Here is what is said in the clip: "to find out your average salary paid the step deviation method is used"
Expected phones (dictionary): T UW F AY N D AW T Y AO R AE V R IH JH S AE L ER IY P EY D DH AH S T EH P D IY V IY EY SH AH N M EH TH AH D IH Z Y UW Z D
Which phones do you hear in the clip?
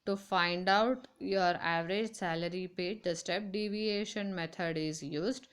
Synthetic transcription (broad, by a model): T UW F AY N D AW T Y AO R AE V R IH JH S AE L ER IY P EY D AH S T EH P D IY V IY EY SH AH N M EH T AH D IH Z Y UW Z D